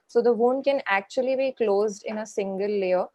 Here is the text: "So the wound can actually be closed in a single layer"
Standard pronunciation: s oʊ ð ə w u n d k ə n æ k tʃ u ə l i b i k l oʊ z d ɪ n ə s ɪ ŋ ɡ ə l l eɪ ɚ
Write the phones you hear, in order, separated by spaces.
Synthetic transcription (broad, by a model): s oʊ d ə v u n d k ə n æ k tʃ u ə l i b i k l oʊ z d ɪ n ə s ɪ ŋ ɡ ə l l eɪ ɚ